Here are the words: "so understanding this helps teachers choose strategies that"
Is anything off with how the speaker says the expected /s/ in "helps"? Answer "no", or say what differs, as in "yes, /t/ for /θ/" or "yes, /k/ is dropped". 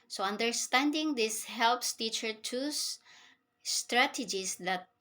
no